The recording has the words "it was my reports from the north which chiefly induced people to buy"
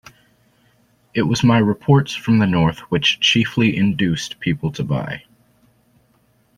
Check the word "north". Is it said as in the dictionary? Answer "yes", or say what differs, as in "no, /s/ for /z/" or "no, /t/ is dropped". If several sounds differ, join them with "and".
yes